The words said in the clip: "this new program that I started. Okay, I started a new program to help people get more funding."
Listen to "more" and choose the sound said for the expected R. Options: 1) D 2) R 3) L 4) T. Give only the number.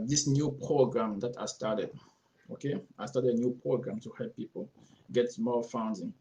3